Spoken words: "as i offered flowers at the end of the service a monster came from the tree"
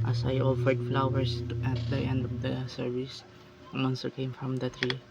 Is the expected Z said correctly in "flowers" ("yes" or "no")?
no